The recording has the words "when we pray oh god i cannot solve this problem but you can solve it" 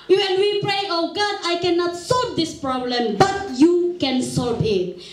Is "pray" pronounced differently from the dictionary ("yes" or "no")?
no